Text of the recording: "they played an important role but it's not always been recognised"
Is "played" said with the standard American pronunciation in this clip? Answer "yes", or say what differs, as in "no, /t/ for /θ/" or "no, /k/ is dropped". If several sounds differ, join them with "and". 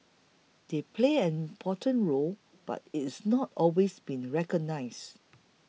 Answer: no, /d/ is dropped